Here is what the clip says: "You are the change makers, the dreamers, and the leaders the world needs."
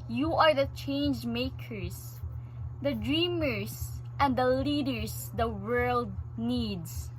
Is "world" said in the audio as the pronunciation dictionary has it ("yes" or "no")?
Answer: yes